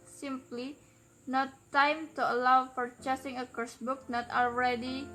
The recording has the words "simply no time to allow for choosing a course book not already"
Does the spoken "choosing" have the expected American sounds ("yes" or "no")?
no